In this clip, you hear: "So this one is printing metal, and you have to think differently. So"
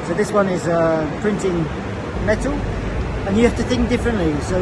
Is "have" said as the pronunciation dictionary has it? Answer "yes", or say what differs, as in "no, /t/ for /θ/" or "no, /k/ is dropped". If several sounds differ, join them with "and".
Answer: no, /f/ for /v/